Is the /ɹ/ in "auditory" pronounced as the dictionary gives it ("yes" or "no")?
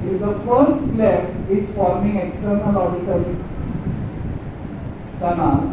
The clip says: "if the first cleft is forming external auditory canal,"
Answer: no